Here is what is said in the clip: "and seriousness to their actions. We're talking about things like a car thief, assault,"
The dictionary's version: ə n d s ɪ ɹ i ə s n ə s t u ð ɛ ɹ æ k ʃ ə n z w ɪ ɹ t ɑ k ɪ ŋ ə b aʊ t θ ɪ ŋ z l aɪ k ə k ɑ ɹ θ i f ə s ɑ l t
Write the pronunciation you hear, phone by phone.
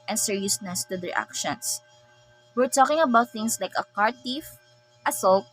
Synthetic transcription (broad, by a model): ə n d s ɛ ɹ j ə s n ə s t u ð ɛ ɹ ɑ k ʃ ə n s w ɪ ɹ t ɑ k ɪ ŋ ə b aʊ t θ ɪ ŋ s l aɪ k ə k ɑ ɹ t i f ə s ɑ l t